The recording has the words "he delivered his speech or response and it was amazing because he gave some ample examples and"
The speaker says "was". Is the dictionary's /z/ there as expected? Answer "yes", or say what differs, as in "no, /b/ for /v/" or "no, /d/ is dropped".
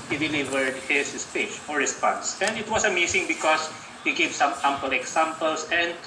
no, /s/ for /z/